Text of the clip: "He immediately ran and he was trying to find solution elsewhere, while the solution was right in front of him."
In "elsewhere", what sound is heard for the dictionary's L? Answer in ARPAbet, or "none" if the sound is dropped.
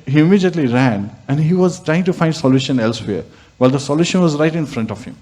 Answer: L